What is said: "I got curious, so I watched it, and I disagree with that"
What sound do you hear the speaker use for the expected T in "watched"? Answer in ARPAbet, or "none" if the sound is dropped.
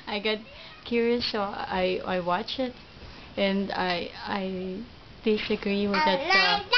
none